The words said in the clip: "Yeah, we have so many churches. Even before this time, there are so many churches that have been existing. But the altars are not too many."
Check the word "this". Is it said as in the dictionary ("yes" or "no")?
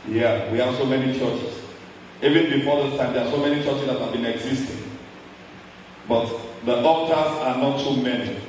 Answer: no